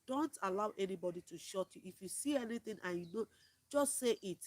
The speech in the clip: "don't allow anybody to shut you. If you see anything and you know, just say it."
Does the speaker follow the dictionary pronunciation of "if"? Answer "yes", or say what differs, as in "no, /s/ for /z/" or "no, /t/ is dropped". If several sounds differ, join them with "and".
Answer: yes